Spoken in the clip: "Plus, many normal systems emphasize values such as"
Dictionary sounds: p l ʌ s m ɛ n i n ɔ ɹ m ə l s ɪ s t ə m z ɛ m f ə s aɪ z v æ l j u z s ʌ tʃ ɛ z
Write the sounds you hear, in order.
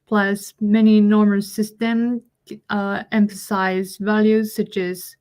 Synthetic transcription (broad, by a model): p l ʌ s m ɛ n i n ɔ ɹ m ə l s ɪ s t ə m ɛ m f ə s aɪ z v æ l j u z s ʌ tʃ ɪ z